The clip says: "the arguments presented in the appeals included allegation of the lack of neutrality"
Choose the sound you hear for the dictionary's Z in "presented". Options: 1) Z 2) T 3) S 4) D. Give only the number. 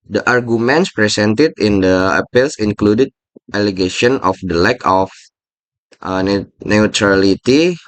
3